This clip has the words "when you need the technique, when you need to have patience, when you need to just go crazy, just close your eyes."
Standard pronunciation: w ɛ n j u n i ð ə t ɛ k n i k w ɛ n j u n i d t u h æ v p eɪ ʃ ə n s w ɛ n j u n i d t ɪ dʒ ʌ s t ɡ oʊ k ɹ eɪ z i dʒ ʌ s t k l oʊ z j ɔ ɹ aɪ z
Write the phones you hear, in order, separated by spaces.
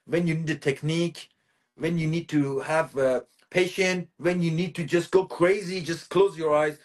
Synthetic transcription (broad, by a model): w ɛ n j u n i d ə t ɛ k n i k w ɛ n j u n i d t u h æ v p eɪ ʃ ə n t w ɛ n j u n i d t ɪ dʒ ʌ s t ɡ oʊ k ɹ eɪ z i dʒ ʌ s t k l oʊ z j ɔ ɹ aɪ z